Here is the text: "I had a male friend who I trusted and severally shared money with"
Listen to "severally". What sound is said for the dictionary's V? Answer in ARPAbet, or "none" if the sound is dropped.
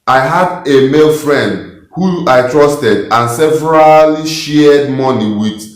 V